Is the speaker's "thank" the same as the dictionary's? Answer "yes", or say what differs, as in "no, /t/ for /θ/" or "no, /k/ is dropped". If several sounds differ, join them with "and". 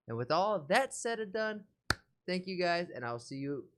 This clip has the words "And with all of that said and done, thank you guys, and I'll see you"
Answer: yes